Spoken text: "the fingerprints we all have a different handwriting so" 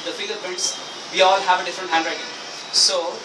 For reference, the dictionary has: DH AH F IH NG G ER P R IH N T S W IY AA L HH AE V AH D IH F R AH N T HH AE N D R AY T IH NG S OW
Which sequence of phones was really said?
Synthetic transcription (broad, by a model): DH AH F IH G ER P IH T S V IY AA L HH AE V AH D IH F R AH N T HH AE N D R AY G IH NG S OW